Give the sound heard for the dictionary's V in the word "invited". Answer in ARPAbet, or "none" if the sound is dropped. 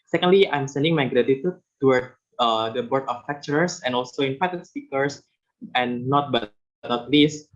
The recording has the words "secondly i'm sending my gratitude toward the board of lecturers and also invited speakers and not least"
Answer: P